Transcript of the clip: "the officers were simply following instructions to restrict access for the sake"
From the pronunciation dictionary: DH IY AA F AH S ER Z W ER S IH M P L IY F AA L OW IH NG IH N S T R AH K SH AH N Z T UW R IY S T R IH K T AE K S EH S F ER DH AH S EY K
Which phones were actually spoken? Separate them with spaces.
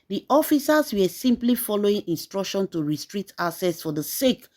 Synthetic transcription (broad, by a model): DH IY AA F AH S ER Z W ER S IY M P L IY F AA L OW IH NG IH N S T R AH K SH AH N T UW R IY S T R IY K T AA S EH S F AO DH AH S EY K